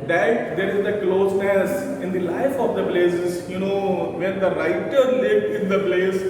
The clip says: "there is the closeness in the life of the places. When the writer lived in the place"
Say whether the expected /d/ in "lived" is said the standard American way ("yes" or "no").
no